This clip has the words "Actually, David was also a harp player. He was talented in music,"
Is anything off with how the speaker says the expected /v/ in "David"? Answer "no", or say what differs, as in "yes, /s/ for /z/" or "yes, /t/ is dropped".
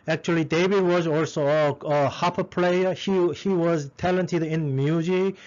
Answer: yes, /b/ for /v/